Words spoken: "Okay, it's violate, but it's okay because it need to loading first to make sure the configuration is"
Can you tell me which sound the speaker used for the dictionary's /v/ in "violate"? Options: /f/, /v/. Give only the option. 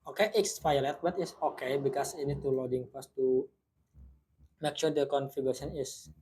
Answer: /f/